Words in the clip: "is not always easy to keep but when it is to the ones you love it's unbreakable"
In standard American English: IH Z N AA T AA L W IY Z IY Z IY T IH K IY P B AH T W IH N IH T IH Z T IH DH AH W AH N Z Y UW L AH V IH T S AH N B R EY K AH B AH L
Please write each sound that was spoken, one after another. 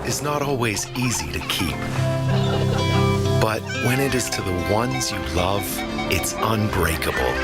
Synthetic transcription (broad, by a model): IH Z N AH T AA L W IY Z IY Z IY T IH K IY P B AH T W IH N IH T IH Z T IH DH AH W AH N Z Y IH L AH V IH T S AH N B R EY K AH B L